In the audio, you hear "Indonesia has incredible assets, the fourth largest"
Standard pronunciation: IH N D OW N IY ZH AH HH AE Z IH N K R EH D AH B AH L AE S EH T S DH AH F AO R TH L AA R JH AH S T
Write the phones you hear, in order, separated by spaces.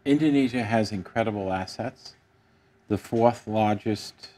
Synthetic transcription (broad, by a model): IH N D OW N IY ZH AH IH Z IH N K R EH D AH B L AE S EH T S DH AH F AO R TH L AA R JH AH S T